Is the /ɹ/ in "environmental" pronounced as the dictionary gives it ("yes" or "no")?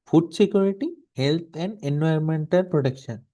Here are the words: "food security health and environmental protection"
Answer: no